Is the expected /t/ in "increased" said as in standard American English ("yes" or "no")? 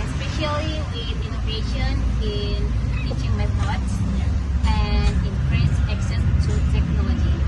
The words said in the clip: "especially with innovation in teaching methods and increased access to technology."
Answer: no